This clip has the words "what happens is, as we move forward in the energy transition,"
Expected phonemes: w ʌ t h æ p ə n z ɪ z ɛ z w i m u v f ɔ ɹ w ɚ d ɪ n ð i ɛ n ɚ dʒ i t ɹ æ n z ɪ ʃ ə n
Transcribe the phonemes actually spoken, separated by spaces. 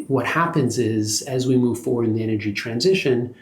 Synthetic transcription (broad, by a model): w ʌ t h æ p ə n z ɪ z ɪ z w i m u v f ɔ ɹ w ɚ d ɪ n ð i ɛ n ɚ dʒ i t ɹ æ n z ɪ ʃ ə n